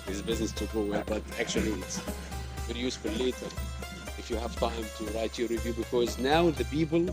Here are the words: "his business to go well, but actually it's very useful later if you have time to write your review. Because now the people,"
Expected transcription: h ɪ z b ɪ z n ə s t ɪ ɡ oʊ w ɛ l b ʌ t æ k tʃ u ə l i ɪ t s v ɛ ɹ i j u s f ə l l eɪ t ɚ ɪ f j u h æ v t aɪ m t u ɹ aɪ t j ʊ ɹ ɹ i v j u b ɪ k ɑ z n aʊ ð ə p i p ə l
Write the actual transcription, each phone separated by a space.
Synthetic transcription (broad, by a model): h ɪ z b ɪ z n ə s t ɪ ɡ oʊ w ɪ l b ʌ t æ k tʃ u ə l i ɪ t s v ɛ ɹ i j u s f ə l l eɪ t ɚ ɪ f j u h æ v t aɪ m t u ɹ aɪ t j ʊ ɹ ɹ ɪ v j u b ɪ k ɑ z n aʊ ð ə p i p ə l